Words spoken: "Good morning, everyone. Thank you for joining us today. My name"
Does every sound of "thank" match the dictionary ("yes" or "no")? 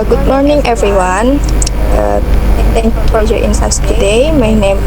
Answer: no